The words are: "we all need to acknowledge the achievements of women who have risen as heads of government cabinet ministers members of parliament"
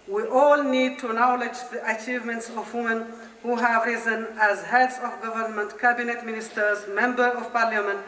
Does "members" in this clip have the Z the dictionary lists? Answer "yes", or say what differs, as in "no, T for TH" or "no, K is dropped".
no, Z is dropped